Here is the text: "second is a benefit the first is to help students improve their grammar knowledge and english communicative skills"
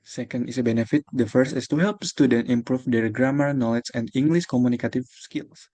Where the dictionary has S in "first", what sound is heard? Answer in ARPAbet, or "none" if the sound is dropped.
S